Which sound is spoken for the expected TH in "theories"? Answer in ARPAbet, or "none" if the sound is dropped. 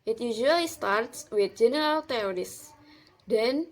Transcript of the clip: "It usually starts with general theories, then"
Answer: T